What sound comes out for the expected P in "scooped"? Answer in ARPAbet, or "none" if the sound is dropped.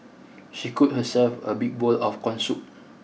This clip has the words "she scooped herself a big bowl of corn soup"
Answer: none